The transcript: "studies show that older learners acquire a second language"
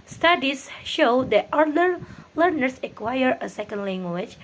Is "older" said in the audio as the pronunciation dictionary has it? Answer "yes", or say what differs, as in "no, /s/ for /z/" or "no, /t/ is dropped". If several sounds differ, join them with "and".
no, /l/ is dropped